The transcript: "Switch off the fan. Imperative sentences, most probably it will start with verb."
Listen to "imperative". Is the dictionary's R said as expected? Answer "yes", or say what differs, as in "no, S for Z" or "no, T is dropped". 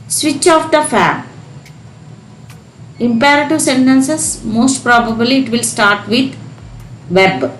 yes